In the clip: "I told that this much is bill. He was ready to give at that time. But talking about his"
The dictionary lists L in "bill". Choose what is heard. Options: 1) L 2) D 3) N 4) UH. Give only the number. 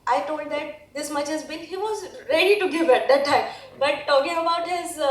3